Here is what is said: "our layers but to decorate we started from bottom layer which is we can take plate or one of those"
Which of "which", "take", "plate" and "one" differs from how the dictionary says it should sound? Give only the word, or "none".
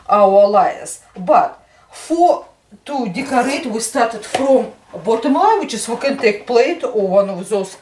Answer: none